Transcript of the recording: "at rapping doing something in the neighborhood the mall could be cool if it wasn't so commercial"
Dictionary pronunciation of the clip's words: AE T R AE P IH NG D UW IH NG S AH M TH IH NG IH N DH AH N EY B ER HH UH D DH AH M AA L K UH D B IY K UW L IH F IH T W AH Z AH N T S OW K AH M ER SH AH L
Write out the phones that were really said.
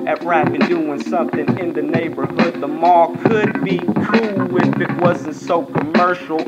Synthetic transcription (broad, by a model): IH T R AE B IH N D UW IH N S AH M TH IH NG IH N DH AH N EY B ER HH UH D DH AH M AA K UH D B IY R UW W IH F IH T W AH Z N T S OW K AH M ER SH L